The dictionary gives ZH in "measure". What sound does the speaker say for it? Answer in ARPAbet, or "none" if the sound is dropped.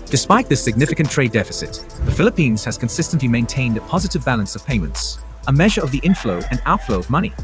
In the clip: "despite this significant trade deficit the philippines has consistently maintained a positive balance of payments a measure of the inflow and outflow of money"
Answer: ZH